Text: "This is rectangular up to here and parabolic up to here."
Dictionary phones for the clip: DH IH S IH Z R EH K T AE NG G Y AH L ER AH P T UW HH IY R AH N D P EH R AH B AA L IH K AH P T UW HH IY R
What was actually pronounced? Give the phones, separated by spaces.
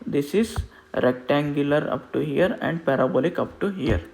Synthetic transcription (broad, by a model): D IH S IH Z R EH K T AE NG G Y AH L ER AH P T UW HH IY R AH N D P EH R AH B AA L IH K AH P T UW HH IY R